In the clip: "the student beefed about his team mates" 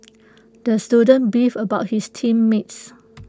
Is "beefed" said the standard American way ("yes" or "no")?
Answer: no